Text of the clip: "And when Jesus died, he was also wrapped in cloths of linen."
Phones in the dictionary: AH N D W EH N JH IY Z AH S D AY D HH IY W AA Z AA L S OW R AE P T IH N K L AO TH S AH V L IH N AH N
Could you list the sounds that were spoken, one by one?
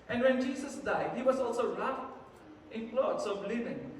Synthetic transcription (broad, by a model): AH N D W EH N JH IY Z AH S D AY D HH IY W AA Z AA L S OW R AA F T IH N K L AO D S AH B L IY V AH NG